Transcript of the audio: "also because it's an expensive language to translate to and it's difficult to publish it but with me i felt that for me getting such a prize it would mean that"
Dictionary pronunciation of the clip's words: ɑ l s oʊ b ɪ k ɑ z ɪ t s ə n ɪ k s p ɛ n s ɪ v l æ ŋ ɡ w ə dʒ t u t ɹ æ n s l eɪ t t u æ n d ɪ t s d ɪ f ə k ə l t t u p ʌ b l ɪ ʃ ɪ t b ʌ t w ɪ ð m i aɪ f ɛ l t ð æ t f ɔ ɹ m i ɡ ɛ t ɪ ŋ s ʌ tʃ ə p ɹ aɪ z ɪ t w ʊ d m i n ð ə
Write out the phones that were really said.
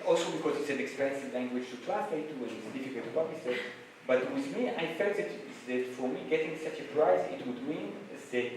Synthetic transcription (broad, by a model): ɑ l s oʊ b ɪ k ɑ z ɪ t s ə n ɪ k s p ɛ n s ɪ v l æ ŋ ɡ w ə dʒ t u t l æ s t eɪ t t u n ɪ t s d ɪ f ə k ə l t t u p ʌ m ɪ s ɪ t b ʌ t w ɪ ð m i aɪ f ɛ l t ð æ t f ɔ ɹ m i ɡ ɛ t ɪ ŋ s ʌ tʃ ə p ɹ aɪ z ɪ t w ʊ d m i n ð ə